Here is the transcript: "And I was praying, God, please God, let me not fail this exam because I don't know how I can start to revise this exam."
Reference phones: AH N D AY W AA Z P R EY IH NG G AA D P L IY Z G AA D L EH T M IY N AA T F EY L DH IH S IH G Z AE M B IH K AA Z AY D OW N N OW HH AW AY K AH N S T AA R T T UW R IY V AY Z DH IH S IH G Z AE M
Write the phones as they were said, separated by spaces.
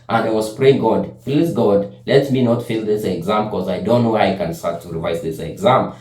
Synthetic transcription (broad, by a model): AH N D AY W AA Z P R EY IH NG G AA D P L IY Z G AA D L EH T M IY N AA T F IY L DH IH S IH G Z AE M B K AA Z AY D OW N N OW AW AY K AH N S T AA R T T UW R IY V AY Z DH IH S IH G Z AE M